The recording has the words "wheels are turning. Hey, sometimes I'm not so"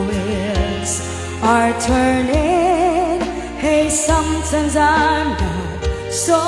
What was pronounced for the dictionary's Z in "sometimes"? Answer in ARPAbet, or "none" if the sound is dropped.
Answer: Z